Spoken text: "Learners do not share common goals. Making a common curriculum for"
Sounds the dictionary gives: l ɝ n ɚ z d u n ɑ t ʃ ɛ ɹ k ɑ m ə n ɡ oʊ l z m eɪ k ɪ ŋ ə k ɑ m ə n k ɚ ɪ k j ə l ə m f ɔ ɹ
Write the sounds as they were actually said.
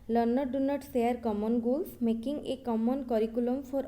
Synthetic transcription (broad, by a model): l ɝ n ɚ d u n ɑ t s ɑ ɹ k ɑ m ə n ɡ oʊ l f m eɪ k ɪ ŋ ə k ɑ m ə n k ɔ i k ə l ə m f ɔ ɹ